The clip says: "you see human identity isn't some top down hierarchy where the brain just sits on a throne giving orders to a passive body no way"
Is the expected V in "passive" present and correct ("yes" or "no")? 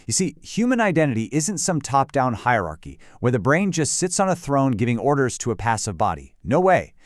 yes